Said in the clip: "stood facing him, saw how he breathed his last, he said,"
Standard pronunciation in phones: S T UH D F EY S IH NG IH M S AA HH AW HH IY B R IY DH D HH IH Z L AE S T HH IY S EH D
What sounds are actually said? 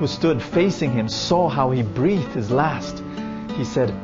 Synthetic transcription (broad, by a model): S T UH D F EY S IH NG IH M S AA HH AW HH IY B R IY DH HH IH Z L AE S T HH IY S EH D